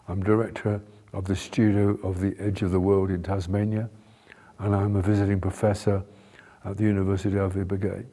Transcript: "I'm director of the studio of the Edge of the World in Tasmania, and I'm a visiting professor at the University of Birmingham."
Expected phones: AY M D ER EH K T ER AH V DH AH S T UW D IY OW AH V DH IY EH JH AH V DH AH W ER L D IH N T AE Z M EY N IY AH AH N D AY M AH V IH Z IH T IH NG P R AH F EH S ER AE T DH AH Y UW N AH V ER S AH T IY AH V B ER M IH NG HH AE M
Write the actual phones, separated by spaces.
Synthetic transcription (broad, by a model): AY M D ER EH K T ER AH V DH AH S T UW D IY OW AH V DH IY EH JH AH V DH AH W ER L D IH N T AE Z M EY N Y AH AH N AY M AH V IH Z IH T IH NG P R AH F EH S ER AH T DH AH Y UW N AH V ER S AH T IY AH V B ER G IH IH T